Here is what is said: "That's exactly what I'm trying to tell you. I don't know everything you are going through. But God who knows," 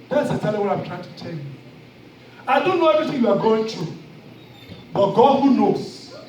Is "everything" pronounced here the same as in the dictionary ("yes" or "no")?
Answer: no